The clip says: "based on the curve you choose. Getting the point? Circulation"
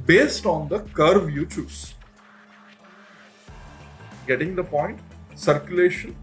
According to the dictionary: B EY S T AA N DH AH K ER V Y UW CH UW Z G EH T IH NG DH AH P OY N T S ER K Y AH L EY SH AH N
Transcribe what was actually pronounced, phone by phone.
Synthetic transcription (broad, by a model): B EY S T AA N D AH K ER V Y UW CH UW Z G EH T IH NG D AH P OY N T S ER K Y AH L EY SH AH N